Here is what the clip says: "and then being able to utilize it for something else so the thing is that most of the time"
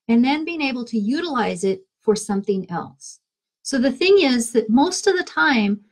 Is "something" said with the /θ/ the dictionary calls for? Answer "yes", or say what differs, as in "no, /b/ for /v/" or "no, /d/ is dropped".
yes